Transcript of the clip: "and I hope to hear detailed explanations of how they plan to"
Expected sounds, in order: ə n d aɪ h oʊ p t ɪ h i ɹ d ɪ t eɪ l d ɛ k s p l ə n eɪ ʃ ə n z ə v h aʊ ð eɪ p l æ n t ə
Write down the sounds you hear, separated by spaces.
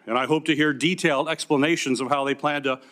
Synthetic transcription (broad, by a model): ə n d aɪ h oʊ p t ɪ h i ɹ d ɪ t eɪ l d ɛ k s p l ə n eɪ ʃ ə n z ə v h aʊ ð eɪ p l æ n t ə